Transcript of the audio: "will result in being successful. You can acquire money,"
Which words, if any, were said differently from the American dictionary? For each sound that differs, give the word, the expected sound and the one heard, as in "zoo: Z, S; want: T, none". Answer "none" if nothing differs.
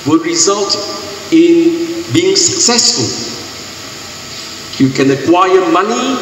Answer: none